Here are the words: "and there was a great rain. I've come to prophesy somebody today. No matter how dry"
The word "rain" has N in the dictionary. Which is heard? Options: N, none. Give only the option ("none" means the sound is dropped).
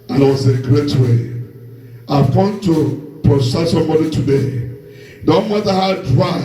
none